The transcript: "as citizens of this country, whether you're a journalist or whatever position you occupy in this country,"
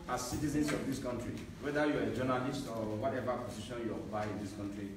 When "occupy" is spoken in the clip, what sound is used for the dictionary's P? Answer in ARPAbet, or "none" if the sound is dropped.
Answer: none